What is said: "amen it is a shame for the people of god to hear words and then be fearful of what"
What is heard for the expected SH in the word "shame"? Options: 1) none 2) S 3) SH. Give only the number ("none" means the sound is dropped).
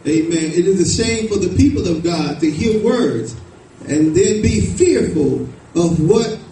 2